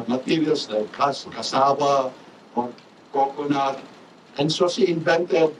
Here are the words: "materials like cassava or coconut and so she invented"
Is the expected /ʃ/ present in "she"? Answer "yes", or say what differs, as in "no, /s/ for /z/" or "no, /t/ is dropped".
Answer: no, /s/ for /ʃ/